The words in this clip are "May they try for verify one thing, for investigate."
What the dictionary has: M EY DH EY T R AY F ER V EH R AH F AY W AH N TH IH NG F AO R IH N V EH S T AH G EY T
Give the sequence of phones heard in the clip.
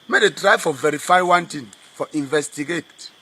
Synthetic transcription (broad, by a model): M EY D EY T R AY F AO V EH R AH F AY W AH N T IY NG F AO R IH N V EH S T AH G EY T